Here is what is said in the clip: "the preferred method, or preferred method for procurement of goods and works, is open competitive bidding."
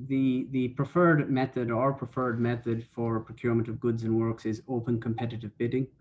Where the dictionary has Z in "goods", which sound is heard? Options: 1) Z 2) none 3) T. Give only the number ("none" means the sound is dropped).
1